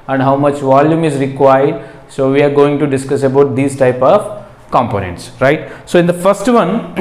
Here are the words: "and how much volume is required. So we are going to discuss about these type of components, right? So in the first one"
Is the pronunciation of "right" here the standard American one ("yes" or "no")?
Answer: yes